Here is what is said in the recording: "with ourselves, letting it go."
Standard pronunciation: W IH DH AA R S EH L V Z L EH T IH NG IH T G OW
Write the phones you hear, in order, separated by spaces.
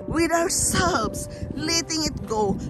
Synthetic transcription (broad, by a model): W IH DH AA W S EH L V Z L EH T IH NG IH T G OW